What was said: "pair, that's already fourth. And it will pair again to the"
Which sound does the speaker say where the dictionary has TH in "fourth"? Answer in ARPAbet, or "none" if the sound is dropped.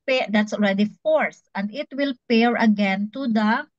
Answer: S